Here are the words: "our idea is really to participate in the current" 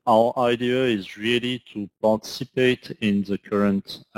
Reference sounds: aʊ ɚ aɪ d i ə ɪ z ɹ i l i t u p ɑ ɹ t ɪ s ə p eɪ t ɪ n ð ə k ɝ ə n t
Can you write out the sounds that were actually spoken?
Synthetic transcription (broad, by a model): aʊ ɚ aɪ d i ə ɪ z ɹ i l i t u p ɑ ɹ t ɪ s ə p eɪ t ɪ n ð ə k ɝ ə n t